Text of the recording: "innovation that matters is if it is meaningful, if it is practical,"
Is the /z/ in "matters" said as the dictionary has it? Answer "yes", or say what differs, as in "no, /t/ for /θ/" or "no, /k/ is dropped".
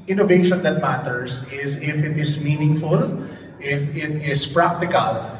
no, /s/ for /z/